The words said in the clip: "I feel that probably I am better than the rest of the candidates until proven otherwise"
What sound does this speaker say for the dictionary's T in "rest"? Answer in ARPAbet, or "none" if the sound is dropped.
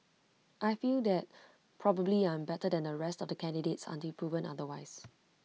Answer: T